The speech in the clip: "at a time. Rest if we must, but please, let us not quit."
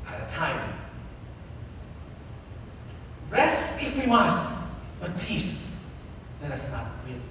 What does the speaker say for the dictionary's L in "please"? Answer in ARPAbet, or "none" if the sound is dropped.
none